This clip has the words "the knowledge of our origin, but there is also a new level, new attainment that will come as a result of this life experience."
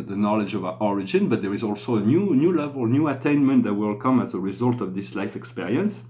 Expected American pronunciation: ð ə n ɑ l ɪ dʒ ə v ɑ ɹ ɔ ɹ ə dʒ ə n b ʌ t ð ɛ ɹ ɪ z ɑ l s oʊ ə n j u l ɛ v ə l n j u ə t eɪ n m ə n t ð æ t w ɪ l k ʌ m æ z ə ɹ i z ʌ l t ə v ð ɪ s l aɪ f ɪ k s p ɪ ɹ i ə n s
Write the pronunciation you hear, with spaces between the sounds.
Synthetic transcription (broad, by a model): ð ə n ɑ l ɪ dʒ ə v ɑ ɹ ɔ ɹ ə dʒ ə n b ʌ t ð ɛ ɹ ɪ z ɑ l s oʊ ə n j u l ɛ v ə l n j u ə t eɪ n m ə n t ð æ t w ɪ l k ʌ m æ z ə ɹ i z ʌ l t ə v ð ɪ s l aɪ f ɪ k s p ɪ ɹ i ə n s